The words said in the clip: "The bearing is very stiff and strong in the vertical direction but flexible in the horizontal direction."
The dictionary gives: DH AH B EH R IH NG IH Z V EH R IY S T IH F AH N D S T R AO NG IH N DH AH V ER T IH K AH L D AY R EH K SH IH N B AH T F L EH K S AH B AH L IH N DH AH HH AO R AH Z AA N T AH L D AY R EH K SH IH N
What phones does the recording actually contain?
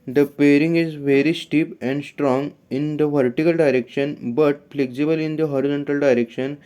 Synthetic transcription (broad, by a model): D AH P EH R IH NG IH Z V EH R IY S T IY P AH N D S T R AO NG IH N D AH V ER T IH K AH L D AY R EH K SH IH N B AH T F L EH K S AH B AH L IH N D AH HH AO R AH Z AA N T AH L D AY R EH K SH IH N